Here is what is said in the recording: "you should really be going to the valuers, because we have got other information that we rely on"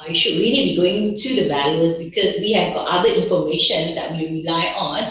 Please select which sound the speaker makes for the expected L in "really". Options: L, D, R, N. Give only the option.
N